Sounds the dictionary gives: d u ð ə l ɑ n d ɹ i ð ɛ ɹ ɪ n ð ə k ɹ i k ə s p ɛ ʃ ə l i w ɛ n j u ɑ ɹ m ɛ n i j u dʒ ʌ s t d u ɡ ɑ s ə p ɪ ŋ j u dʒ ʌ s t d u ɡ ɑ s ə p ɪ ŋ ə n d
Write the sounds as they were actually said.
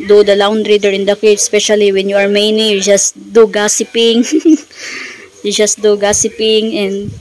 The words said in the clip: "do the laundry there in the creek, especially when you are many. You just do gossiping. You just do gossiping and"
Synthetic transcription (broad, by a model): d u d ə l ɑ n d ɹ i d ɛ ɹ ɪ n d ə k i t s p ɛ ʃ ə l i w ɛ n j u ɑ ɹ m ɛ n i j u dʒ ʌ s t d u ɡ ɑ s ə p ɪ ŋ j u dʒ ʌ s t d u ɡ ɑ s ə p ɪ ŋ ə n d